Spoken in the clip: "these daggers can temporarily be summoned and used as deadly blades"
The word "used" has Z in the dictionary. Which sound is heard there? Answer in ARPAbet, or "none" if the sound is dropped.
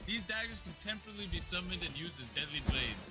Z